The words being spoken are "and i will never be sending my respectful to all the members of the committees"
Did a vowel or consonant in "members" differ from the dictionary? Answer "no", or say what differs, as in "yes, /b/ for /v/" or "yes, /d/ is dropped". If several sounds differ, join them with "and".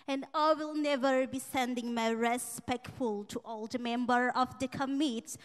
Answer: yes, /z/ is dropped